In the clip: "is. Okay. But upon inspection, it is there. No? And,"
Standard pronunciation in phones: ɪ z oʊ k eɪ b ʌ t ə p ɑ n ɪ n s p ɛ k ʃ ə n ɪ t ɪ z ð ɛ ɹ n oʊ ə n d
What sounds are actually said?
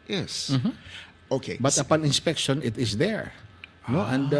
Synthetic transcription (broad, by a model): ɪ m oʊ k eɪ b ʌ t ə p ɑ n ɪ n s p ɛ k ʃ ə n ɪ t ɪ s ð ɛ ɹ n oʊ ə n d